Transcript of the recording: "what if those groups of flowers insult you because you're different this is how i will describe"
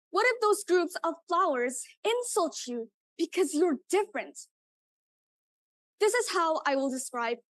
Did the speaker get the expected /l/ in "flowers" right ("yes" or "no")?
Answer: yes